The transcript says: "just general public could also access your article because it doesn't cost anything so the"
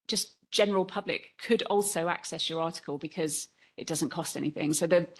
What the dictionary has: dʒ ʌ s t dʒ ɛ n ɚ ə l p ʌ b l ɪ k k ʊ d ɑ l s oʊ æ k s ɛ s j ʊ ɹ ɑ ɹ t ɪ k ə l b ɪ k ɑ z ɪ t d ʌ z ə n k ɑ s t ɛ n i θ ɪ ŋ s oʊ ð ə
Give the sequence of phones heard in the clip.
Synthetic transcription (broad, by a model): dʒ ʌ s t dʒ ɛ n ɚ ə l p ʌ b l ɪ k k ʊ d ɑ l s oʊ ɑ k s ɛ s j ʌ ɹ ɑ t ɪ k ə l b ɪ k ɑ z ɪ t d ʌ z ə n k ɑ s t ɛ n i θ ɪ ŋ s oʊ ð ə